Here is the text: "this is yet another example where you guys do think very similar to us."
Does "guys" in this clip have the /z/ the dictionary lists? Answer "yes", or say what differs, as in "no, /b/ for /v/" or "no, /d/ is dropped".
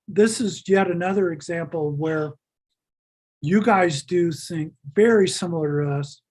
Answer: yes